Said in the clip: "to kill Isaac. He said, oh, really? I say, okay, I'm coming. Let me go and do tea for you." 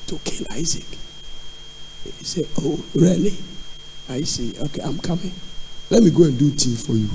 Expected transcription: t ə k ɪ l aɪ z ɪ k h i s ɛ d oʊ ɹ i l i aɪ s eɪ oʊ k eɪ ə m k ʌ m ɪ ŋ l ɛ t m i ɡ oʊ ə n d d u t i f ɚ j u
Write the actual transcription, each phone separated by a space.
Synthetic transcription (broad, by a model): t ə k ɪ l aɪ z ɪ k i s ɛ oʊ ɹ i l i aɪ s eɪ oʊ k eɪ ə m k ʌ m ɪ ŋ l ɛ t m i ɡ oʊ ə n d d u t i f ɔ j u